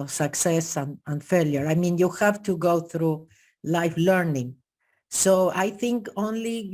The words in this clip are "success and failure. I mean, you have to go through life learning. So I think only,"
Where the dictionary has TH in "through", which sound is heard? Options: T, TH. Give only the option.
TH